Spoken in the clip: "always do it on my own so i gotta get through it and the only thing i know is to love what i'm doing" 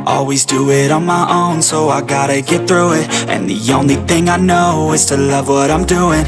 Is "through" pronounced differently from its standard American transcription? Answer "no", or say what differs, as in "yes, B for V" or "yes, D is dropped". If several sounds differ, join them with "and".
no